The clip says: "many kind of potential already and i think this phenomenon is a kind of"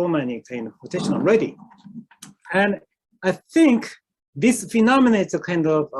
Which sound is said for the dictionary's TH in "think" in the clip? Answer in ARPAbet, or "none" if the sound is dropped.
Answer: TH